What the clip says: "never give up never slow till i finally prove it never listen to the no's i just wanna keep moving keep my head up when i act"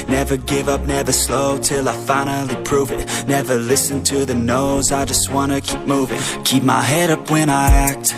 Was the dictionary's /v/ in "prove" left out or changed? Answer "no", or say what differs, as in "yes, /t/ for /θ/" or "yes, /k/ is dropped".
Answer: no